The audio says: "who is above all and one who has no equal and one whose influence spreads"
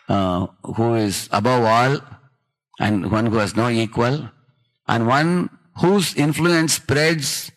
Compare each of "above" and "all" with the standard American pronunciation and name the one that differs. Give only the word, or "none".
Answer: none